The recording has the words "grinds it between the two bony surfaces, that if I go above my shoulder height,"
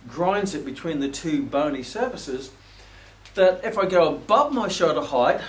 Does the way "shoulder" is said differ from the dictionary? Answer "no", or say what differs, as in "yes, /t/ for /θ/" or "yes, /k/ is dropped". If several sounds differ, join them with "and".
yes, /l/ is dropped